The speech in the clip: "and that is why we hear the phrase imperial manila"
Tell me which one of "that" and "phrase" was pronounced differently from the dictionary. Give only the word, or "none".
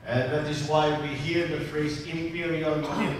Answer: none